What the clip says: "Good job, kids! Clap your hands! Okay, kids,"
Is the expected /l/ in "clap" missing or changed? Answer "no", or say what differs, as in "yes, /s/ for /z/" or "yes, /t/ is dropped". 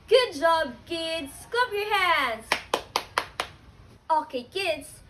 yes, /l/ is dropped